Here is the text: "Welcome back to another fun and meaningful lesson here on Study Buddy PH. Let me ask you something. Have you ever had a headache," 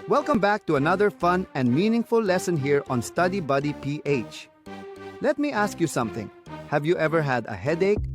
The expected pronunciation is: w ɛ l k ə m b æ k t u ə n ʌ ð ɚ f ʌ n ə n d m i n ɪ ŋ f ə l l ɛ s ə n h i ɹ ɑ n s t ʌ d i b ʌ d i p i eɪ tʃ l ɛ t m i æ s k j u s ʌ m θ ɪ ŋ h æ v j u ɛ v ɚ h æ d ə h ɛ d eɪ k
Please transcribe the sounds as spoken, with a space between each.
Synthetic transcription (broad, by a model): w ɛ l k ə m b æ k t u ə n ʌ ð ɚ f ʌ n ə n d m i n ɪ ŋ f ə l l ɛ s ə n h i ɹ ɑ n s t ʌ d i b ʌ d i p i eɪ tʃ l ɛ t m i æ s k j u s ʌ m θ ɪ ŋ h æ v j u ɛ v ɚ h æ d ə h ɛ d eɪ k